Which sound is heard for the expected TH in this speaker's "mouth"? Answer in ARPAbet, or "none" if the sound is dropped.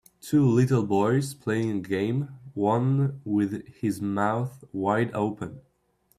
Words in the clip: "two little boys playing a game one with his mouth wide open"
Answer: TH